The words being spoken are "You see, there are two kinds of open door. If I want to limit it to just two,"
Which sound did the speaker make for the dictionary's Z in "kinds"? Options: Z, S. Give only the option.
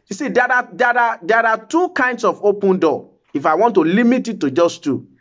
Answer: S